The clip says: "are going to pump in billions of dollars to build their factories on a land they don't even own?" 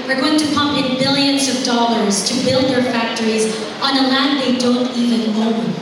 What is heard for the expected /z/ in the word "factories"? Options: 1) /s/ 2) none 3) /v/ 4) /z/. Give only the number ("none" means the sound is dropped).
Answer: 4